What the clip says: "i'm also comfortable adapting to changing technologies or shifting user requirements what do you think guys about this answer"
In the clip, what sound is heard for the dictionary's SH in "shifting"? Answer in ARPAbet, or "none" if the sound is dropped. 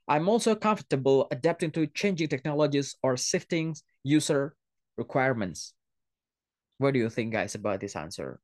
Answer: S